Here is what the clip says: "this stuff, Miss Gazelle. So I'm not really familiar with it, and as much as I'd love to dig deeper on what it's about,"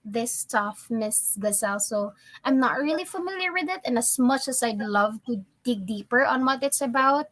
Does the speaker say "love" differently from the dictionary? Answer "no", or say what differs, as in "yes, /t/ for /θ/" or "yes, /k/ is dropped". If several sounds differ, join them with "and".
no